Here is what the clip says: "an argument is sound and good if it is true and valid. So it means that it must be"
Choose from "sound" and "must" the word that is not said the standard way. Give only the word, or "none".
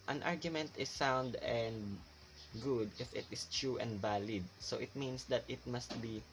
none